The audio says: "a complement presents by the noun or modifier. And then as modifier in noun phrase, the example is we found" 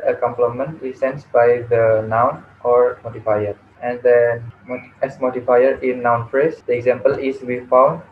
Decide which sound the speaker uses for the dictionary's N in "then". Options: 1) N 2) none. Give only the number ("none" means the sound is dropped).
2